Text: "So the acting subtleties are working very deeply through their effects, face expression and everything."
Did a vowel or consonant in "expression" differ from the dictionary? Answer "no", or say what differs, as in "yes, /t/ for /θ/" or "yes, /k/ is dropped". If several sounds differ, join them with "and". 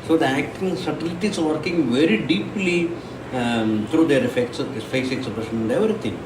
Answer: yes, /ɹ/ is dropped